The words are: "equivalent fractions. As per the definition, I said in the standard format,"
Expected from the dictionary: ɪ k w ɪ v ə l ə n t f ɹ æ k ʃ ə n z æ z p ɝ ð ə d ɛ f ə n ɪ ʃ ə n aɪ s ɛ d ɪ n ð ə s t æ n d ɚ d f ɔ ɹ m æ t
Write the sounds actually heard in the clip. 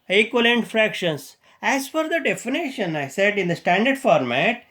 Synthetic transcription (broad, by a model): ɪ k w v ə l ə n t f ɹ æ k ʃ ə n s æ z f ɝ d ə d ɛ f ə n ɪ ʃ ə n aɪ s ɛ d ɪ n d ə s t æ n d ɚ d f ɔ ɹ m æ t